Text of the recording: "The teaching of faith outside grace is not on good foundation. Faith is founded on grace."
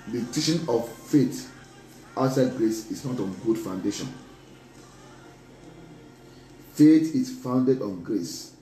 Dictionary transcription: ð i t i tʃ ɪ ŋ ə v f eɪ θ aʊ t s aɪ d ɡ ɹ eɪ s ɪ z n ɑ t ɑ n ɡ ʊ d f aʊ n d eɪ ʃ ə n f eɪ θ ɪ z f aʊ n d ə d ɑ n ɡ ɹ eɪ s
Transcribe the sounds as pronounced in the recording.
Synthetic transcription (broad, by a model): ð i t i ʃ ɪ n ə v f eɪ t aʊ t s aɪ d ɡ ɹ eɪ s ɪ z n ɑ t ɑ n ɡ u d f aʊ n d eɪ ʃ ə n f eɪ t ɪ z f aʊ n d ə d ɑ n ɡ ɹ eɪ s